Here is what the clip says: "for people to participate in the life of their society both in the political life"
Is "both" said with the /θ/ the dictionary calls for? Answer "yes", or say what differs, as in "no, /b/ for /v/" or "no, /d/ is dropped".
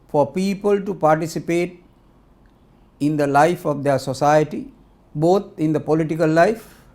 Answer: no, /t/ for /θ/